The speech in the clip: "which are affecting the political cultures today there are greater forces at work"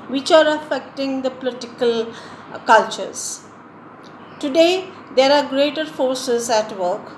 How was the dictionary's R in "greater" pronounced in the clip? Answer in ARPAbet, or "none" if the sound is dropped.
R